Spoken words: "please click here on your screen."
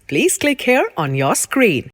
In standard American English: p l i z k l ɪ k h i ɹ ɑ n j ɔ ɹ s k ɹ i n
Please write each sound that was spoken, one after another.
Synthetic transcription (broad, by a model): p l i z k l ɪ k h i ɹ ɑ n j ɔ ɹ s k ɹ i n